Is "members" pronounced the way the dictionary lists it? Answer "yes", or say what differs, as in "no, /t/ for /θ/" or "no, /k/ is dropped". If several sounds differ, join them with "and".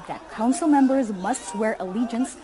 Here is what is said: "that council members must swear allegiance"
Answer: yes